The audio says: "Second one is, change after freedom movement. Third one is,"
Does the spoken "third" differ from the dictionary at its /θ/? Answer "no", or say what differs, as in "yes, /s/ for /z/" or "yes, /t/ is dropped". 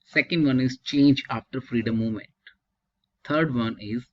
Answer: yes, /t/ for /θ/